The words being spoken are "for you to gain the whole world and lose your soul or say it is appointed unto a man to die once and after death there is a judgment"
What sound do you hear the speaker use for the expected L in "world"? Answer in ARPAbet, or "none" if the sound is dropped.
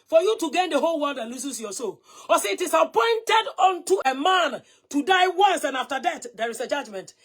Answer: N